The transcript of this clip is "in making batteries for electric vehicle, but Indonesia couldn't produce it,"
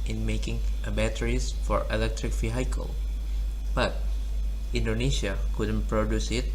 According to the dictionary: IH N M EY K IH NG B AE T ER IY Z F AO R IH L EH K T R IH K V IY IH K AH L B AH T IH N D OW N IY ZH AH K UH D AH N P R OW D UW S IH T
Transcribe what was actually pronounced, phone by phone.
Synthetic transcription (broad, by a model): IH N M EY K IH NG B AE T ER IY S F AO R IH L EH K T R IH K F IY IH K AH L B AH T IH N D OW N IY SH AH K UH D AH N P R OW D UW S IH T